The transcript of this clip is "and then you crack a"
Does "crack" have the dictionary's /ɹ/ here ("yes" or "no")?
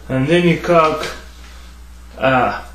no